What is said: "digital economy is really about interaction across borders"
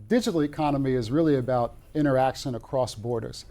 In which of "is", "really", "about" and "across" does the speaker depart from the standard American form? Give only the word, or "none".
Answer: none